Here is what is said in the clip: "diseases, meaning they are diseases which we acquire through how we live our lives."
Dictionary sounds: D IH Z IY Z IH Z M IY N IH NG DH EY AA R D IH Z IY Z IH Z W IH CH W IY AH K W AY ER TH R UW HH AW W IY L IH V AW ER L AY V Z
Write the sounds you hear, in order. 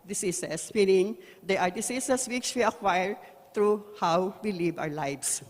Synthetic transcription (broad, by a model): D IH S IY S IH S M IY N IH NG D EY AA R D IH S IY S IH S W IH CH W IY AH K W AY ER T R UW HH AW W IY L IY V AW ER L AY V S